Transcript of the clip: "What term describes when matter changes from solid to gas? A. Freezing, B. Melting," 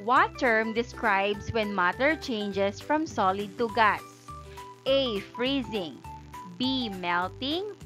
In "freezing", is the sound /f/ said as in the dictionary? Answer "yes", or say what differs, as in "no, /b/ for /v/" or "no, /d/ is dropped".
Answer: yes